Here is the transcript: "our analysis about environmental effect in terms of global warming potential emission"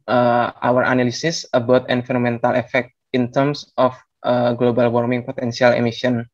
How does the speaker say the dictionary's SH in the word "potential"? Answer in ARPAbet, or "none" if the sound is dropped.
S